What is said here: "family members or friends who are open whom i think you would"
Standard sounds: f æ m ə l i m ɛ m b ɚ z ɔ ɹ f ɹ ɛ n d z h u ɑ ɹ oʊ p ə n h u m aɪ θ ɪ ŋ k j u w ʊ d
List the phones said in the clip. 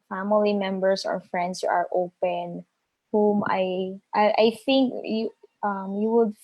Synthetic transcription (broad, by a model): f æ m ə l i m ɛ m b ɚ s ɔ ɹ f ɹ ɛ n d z h u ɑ ɹ oʊ p ə n h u m aɪ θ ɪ ŋ k j u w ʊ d